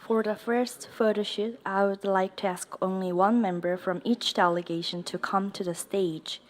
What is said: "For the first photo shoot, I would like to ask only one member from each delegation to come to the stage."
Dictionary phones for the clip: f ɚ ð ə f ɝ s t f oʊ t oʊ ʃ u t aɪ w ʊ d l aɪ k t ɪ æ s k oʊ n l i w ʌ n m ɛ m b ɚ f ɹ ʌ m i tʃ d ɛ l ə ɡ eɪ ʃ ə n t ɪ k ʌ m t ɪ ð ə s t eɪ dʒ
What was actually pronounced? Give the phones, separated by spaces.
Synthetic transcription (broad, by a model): f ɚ ð ə f ɝ s t f oʊ t oʊ ʃ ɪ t aɪ w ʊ d l aɪ k t ɪ æ s k oʊ n l i w ʌ n m ɛ m b ɚ f ɹ ʌ m i tʃ d ɛ l ə ɡ eɪ ʃ ə n t ɪ k ʌ m t ɪ ð ə s t eɪ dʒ